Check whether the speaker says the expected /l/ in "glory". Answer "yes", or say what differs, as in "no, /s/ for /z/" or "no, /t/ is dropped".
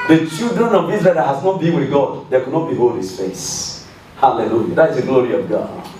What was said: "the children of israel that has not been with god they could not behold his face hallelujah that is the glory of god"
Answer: yes